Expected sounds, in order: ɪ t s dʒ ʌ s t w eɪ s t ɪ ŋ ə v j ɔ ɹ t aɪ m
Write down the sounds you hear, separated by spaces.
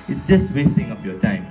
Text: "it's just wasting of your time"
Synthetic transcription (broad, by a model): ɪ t s dʒ ʌ s t w eɪ s t ɪ ŋ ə p j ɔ t aɪ m